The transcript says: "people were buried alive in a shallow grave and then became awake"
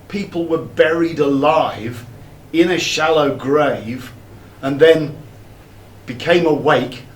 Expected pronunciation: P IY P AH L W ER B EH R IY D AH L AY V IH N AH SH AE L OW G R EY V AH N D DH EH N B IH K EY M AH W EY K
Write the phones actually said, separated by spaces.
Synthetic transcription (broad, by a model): P IY P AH L W ER B EH R IY D AH L AY V IH N AH SH AE L OW G R EY V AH N DH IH N B IH K EY M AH W EY K